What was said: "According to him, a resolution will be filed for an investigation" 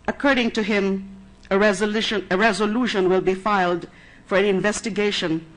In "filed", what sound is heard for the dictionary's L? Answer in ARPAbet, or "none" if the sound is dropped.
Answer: L